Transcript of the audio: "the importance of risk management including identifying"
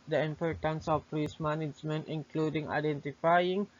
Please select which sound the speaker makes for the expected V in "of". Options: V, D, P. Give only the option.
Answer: P